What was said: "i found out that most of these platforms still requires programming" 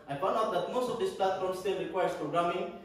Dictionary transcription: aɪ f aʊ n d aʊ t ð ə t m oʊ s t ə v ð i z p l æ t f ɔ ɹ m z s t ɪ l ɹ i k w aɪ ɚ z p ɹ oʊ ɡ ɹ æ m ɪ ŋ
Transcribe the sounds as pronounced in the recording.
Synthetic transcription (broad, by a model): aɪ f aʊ n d aʊ t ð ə t m oʊ s t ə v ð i s p l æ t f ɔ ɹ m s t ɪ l ɹ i k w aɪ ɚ s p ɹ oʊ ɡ ɹ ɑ m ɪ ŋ